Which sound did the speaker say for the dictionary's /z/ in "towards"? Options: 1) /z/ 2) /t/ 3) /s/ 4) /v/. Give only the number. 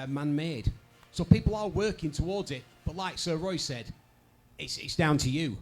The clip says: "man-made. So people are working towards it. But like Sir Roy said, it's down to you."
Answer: 1